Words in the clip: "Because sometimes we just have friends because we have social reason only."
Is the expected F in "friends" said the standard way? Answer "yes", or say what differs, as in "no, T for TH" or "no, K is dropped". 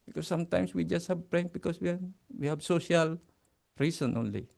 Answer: no, P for F